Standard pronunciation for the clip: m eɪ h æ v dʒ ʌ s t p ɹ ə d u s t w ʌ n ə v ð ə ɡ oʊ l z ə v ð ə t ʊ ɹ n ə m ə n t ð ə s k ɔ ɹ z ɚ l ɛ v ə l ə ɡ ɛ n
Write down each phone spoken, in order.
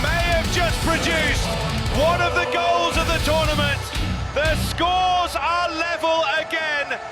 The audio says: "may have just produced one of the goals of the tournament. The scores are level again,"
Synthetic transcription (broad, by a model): m eɪ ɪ v dʒ ʌ s p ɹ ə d u s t w ʌ n ə v ð ə ɡ oʊ l z ə v ð ə t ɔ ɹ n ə m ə n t ð ə s k ɔ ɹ z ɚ l ɛ v ə l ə ɡ ɛ n